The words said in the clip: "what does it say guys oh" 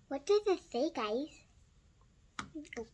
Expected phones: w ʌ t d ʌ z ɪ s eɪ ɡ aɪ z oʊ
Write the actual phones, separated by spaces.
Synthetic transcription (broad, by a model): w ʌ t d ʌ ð ɪ θ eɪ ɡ aɪ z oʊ